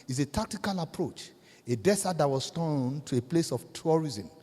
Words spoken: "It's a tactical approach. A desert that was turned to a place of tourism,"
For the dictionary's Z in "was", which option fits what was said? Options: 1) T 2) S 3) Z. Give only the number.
2